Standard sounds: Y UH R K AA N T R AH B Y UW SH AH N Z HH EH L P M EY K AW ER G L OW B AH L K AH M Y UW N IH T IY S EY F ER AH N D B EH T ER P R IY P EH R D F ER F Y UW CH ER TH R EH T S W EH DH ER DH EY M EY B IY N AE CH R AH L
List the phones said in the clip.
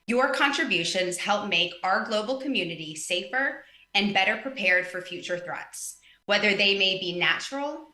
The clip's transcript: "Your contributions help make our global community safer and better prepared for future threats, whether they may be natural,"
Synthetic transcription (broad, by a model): Y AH R K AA N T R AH B Y UW SH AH N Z HH EH L P M EY K AW ER G L OW B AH L K AH M Y UW N IH T IY S EY F ER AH N B EH T ER P R IY P EH R D F ER F Y UW CH ER TH R EH T S W EH DH ER DH EY M EY B IY N AE CH R L